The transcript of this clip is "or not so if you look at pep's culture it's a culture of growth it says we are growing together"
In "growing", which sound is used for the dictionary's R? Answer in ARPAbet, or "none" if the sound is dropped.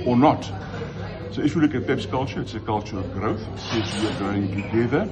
none